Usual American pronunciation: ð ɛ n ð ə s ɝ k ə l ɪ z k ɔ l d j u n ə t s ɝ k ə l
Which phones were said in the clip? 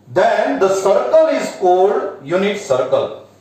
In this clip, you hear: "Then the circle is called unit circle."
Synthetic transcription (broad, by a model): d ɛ n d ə s ɝ k ə l ɪ z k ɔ d j u n ə t s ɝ k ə l